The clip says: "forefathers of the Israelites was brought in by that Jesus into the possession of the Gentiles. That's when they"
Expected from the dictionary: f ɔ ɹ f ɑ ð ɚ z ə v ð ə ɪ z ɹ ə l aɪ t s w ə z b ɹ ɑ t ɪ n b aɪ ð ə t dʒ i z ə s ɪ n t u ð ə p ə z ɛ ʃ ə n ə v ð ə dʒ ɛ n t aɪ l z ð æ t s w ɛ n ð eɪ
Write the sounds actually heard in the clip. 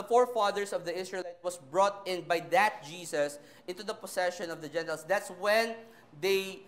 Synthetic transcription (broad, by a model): f ɔ ɹ f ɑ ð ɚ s ə v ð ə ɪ s ɹ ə l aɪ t w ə s b ɹ ɑ t ɪ n b aɪ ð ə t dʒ i s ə s ɪ n t u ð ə p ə s ɛ ʃ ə n ə v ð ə dʒ ɛ n t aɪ l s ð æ t s w ɛ n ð eɪ